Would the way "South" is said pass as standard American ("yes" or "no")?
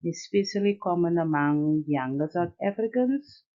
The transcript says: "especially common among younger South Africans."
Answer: no